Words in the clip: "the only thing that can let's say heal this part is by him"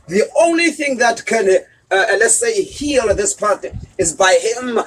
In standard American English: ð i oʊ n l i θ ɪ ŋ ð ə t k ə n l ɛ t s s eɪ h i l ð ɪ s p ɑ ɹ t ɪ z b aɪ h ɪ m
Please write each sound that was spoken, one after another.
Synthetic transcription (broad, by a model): ð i oʊ n l i θ ɪ ŋ ð ə t k ə n l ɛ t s s eɪ h i l ð ɪ s p ɑ ɹ t ɪ z b aɪ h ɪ m